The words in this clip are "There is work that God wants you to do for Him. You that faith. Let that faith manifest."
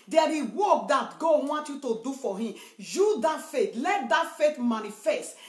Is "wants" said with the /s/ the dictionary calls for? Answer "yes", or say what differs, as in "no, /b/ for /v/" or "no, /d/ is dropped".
no, /s/ is dropped